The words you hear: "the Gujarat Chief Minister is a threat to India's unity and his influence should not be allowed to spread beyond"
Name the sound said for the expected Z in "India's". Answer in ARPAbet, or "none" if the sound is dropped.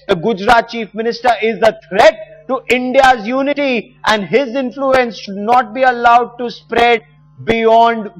Z